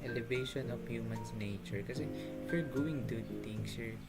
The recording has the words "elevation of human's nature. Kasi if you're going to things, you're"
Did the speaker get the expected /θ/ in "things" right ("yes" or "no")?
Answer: no